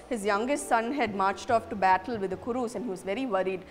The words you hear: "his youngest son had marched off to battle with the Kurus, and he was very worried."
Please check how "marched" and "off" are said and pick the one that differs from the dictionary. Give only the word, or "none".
none